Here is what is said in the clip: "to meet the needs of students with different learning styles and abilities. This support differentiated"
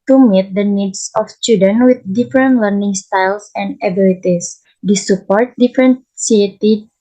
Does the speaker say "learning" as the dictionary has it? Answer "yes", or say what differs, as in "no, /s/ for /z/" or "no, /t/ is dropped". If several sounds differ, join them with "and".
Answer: yes